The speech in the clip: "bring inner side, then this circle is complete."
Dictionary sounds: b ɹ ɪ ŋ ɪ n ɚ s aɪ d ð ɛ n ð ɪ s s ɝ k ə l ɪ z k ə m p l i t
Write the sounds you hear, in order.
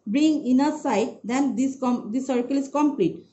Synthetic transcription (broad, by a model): b ɹ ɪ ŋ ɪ n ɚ s aɪ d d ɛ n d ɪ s s ɝ k ə l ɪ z k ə m p l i t